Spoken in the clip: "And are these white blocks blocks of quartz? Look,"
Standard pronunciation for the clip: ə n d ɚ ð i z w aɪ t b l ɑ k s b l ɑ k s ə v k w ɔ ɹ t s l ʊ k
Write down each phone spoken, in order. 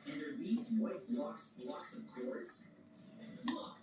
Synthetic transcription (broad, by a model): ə n d ɚ ð i z w aɪ t b l ɑ k s b l ɑ k s ə v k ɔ ɹ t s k